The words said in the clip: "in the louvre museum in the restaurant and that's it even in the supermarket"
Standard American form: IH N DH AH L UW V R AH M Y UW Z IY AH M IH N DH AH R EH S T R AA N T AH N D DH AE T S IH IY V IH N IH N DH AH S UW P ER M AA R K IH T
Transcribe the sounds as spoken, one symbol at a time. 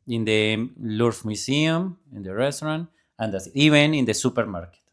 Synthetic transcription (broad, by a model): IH N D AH L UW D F M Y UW S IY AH M IH N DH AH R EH S T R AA N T AH N D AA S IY B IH N IH N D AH S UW P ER M AA R K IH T